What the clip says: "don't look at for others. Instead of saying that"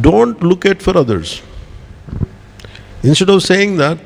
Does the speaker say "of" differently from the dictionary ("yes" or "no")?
no